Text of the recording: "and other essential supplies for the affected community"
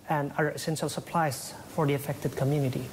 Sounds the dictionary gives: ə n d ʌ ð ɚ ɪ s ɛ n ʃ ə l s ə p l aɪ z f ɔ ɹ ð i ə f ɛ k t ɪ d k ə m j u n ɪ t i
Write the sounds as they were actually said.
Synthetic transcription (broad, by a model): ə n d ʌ ɚ ɪ s ɛ n ʃ ə l s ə p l aɪ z f ɔ ɹ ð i ə f ɛ k t ɪ d k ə m j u n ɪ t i